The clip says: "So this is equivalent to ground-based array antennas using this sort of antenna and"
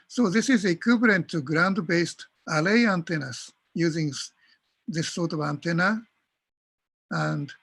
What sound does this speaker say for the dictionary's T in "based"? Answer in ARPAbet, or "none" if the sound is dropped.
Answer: T